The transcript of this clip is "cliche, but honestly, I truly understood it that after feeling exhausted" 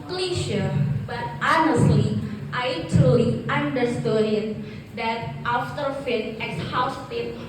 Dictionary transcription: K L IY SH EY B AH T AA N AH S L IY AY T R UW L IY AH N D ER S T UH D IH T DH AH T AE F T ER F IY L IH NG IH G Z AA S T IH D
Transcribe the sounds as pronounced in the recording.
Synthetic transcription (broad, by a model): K L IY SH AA B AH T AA N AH S L IY AY T R UW L IY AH N D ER S T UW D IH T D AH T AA F T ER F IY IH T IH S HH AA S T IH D